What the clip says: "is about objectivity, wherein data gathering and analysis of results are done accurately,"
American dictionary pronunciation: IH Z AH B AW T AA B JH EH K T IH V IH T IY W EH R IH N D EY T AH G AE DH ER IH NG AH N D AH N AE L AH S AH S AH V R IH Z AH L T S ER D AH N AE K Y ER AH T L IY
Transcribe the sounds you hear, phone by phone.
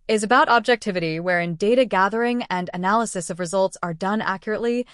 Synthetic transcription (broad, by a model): IH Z AH B AW T AA B JH EH K T IH V IH T IY W EH R IH N D EY T AH G AE DH ER IH NG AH N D AH N AE L AH S AH S AH V R IH Z AH L T S ER D AH N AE K Y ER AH T L IY